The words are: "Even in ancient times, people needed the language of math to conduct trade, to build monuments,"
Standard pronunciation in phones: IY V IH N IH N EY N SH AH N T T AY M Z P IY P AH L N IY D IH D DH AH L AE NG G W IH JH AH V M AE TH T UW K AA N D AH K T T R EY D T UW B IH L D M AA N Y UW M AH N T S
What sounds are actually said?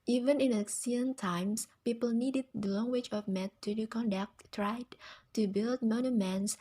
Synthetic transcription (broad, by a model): IY V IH N IH N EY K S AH N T T AY M S P IY P AH L N IY D IH D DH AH L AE NG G W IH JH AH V M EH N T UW K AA N D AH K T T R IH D T UW B IH L D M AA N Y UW M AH N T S